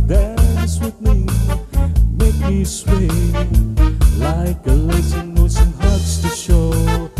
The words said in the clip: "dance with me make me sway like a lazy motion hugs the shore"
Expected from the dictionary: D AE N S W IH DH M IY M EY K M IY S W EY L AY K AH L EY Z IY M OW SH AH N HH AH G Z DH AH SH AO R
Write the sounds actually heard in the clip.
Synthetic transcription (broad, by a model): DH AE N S W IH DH M IY M EY K M IY S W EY L AY K AH L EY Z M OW S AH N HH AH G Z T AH SH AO